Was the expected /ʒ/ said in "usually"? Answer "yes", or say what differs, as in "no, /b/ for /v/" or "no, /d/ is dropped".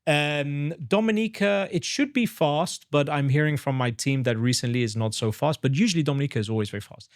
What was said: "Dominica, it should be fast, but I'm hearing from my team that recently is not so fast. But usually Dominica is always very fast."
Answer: yes